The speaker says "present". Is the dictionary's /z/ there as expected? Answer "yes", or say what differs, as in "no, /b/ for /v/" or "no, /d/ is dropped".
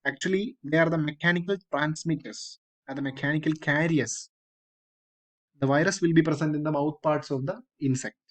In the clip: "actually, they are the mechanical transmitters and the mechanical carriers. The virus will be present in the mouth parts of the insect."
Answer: no, /s/ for /z/